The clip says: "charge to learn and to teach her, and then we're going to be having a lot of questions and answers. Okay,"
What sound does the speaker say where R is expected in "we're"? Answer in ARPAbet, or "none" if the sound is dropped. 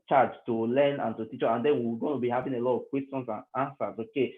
W